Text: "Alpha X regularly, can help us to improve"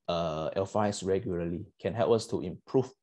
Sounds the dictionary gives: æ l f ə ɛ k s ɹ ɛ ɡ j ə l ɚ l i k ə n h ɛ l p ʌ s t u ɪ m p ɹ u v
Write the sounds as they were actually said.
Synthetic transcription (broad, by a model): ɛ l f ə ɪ s ɹ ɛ ɡ j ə l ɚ l i k ə n h ɛ l p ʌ s t u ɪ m p ɹ u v